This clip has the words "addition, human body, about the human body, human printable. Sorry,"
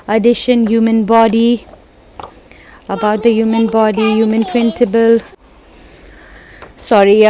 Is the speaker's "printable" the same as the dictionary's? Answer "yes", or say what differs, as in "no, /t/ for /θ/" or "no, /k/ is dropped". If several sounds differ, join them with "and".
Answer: no, /s/ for /t/